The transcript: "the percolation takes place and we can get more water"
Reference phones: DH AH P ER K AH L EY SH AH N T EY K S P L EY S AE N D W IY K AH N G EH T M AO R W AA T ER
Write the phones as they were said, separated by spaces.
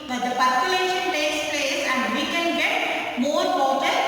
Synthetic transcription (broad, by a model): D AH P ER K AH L EY SH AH N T EY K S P EY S AE N D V IY K AH N G EH T M AO R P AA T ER